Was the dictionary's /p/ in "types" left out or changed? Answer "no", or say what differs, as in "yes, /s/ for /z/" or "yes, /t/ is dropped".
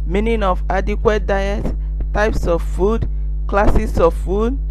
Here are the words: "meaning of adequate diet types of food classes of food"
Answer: no